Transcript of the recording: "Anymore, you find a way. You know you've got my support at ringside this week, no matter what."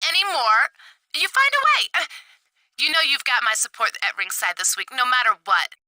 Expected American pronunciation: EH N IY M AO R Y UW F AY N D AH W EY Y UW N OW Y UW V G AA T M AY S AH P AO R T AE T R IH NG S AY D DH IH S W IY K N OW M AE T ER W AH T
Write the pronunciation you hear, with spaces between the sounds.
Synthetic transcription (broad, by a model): EH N IY M AO R Y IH F AY N D AH W EY Y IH N OW Y UW V G AA T M AY S AH P AO R T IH T R IH NG S AY D DH IH S W IY K N OW M AE T ER W AH T